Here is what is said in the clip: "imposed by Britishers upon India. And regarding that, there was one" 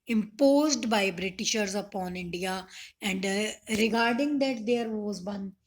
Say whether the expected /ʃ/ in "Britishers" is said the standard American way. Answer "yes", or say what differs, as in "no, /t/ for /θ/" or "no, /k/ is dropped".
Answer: yes